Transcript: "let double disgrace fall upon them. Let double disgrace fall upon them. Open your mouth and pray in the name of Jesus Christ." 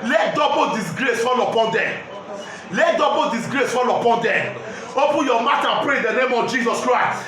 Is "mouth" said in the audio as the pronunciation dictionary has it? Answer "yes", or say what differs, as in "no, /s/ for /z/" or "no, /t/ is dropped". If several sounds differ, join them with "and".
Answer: no, /t/ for /θ/